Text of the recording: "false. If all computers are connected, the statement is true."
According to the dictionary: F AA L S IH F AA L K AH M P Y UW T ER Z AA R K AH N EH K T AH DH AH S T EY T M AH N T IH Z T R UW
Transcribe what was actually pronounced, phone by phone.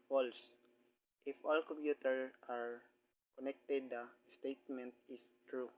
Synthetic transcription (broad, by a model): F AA L S IH F AA L K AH M P Y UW T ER AA R K AH N EH K T AH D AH S T EY T M AH N T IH S T R UW